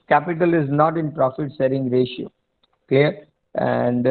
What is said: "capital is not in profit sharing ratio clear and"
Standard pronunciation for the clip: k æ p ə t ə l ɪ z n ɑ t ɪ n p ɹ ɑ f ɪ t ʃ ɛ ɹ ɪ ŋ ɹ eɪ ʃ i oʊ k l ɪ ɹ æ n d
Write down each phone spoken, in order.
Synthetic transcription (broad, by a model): k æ p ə t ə l ɪ z n ɑ t ɪ n p ɹ ɑ f ɪ t s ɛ ɹ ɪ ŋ ɹ eɪ ʃ i oʊ k l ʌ ɹ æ n d